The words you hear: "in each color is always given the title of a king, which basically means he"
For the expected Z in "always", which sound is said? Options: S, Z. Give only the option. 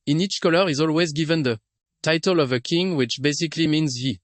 Z